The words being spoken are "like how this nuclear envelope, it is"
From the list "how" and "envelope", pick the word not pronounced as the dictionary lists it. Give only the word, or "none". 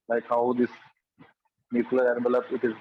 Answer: envelope